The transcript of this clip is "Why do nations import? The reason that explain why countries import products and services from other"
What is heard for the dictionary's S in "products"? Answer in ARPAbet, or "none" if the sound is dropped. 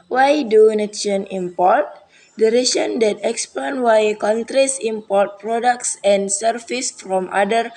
S